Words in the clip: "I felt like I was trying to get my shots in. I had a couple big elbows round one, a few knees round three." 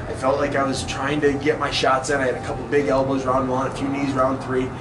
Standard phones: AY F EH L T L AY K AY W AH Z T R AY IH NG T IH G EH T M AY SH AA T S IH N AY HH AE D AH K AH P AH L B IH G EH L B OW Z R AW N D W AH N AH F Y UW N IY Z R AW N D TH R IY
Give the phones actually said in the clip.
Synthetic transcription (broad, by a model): AY F EH L T L AY K AY W AH Z T R AY IH NG T IH G EH T M AY SH AA T S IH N AY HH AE D AH K AH P L B IH G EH L B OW Z R AW N D W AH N AH F Y UW N IY Z R AW N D TH R IY